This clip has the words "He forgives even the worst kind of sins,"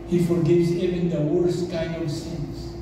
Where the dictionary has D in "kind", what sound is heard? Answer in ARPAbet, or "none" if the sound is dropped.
none